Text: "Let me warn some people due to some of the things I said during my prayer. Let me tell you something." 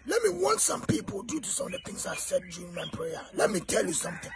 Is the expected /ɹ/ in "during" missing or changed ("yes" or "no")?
yes